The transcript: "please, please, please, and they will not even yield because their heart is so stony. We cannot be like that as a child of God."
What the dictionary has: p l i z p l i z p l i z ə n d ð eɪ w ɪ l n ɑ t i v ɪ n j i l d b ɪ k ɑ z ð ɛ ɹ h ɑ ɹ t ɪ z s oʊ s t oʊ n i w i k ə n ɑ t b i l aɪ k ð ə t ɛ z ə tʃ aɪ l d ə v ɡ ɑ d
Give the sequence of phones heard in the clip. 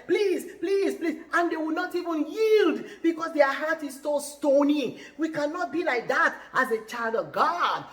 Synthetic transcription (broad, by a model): p l i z p l i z p l i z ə n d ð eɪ w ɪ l n ɑ t i v ɪ n j i l d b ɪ k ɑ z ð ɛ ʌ h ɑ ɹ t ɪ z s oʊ s t oʊ n i w i k ə n ɑ t b i l aɪ k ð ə t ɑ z ə tʃ aɪ l d ə v ɡ ɑ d